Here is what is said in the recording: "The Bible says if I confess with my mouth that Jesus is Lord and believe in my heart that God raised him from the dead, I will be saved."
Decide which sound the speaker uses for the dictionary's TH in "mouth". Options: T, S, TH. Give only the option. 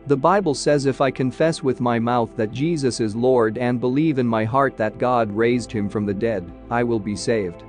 TH